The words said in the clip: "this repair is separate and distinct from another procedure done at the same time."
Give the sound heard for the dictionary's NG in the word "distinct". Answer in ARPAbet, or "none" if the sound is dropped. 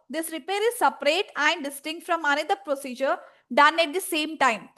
NG